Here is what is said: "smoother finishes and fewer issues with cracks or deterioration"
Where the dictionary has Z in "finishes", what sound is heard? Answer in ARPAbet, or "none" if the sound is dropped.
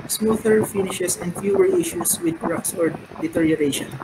S